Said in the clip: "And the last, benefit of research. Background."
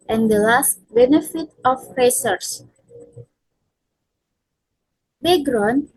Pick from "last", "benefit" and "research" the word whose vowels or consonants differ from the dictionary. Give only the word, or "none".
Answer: research